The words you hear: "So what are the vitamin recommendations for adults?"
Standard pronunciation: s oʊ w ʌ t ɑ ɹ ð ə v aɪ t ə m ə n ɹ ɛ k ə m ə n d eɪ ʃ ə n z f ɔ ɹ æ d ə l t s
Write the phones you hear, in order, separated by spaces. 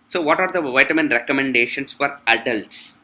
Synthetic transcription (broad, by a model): s oʊ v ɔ t ɑ ɹ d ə v aɪ t ə m ə n ɹ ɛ k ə m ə n d eɪ ʃ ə n s f ɔ ɹ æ d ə l t s